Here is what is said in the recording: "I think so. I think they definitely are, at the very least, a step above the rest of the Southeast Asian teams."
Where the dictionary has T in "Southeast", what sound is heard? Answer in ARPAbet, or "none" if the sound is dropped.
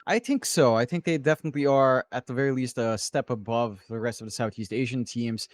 T